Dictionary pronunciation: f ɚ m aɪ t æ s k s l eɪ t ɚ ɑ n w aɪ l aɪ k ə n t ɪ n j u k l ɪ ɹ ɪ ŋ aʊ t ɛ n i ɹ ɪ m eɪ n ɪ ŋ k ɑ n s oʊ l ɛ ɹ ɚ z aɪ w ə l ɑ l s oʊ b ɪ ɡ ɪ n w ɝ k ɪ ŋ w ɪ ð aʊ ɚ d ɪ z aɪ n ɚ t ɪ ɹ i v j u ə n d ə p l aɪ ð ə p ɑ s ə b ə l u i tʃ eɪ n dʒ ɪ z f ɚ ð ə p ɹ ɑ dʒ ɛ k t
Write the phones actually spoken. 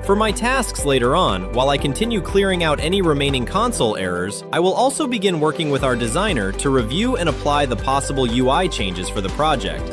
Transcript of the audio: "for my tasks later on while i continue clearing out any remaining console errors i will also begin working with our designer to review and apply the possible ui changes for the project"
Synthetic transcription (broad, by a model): f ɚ m aɪ t æ s k s l eɪ t ɚ ɑ n w aɪ l aɪ k ə n t ɪ n j u k l ɪ ɹ ɪ ŋ aʊ t ɛ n i ɹ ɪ m eɪ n ɪ ŋ k ɑ n s oʊ l ɛ ɹ ɚ z aɪ w ə l ɑ l s oʊ b ɪ ɡ ɪ n w ɝ k ɪ ŋ w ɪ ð aʊ ɚ d ɪ z aɪ n ɚ t ɪ ɹ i v j u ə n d ə p l aɪ ð ə p ɑ s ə b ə l u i tʃ eɪ n dʒ ɪ z f ɚ ð ə p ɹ ɑ dʒ ɛ k t